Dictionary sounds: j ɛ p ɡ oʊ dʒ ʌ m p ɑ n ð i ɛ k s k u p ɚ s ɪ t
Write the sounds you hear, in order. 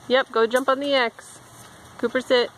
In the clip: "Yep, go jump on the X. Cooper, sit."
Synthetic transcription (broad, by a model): j ɛ p ɡ oʊ dʒ ʌ m p n ð i ɛ k s k u p ɚ s ɪ t